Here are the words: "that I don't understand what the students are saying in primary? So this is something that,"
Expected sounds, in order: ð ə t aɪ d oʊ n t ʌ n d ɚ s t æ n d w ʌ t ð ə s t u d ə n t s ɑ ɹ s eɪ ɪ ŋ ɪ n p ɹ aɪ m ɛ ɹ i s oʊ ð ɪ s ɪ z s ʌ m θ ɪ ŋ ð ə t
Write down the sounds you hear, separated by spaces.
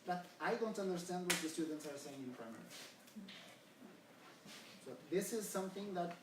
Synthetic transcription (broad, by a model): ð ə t aɪ d oʊ n t ʌ n d ɚ s t æ n d w ʌ t ð ə s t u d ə n t s ɑ ɹ s eɪ ɪ ŋ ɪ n p ɹ aɪ m ɛ ɹ i s oʊ ð ɪ s ɪ z s ʌ m θ ɪ ŋ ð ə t